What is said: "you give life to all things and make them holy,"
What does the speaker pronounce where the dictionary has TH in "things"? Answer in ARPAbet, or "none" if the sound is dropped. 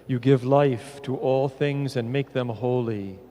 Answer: TH